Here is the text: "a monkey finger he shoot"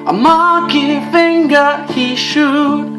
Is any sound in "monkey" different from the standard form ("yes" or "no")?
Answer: yes